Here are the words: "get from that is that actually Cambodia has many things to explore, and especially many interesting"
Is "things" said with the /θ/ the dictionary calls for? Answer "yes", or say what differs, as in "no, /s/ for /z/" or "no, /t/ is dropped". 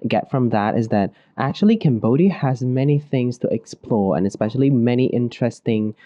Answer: yes